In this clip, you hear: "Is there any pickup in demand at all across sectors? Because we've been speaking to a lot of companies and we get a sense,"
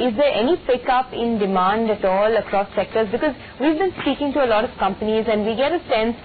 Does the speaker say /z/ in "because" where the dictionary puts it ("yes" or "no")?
yes